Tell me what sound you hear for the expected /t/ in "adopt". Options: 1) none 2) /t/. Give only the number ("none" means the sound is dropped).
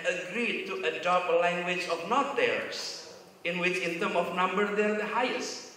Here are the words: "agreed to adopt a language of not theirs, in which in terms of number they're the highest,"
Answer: 1